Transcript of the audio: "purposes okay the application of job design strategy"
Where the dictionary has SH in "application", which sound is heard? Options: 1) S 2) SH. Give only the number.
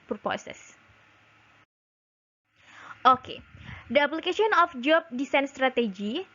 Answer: 1